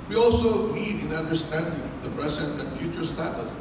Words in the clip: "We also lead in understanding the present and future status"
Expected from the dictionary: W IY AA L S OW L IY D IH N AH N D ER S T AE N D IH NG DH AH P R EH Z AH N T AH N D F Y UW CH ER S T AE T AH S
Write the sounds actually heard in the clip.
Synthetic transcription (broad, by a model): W IY AA L S OW N IY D IH N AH N D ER S T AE N D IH NG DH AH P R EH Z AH N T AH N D F Y UW CH ER S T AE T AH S